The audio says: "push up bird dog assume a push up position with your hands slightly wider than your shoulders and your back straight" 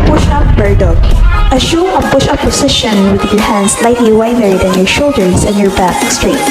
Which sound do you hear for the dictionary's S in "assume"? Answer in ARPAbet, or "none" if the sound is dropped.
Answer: SH